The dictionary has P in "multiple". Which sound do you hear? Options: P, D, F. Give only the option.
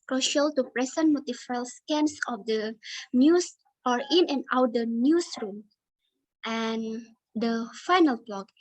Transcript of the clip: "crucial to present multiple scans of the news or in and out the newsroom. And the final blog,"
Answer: F